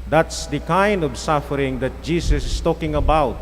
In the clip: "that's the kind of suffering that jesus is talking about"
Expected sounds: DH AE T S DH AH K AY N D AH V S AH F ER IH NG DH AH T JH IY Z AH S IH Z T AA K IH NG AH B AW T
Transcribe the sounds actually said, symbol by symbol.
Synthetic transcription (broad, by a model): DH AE T S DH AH K AY N D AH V S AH F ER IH NG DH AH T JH IY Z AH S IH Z T AA K IH NG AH B AW T